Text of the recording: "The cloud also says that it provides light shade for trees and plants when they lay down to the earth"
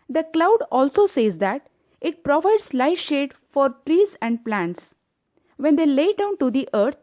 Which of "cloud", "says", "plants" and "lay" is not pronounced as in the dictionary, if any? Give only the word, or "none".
none